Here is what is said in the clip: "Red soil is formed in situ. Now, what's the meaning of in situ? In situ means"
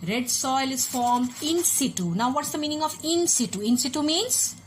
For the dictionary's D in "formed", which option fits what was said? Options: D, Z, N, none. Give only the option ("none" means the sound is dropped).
D